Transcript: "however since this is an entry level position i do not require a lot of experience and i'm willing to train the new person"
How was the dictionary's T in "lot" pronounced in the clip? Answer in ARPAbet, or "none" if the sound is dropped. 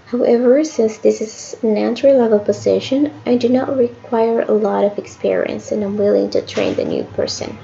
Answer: T